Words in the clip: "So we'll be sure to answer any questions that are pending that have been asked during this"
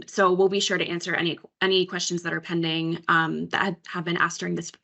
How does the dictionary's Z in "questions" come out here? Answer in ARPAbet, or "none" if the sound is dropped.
Z